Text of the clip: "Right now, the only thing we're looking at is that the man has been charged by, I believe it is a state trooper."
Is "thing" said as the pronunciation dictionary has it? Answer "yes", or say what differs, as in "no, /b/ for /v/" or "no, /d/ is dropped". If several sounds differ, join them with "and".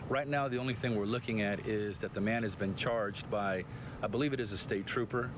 yes